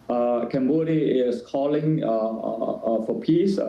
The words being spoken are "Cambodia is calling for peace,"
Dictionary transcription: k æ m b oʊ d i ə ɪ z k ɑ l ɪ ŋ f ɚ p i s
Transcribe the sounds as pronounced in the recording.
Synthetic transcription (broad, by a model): k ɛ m b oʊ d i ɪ s k ɑ l ɪ ŋ f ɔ p i s